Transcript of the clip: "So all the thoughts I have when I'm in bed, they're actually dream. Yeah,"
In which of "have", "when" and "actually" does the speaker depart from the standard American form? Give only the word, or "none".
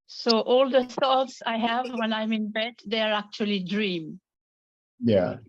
none